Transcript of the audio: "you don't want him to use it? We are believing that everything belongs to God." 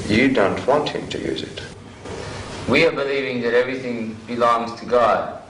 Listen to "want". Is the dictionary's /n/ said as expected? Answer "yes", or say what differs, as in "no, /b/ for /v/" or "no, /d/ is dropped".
yes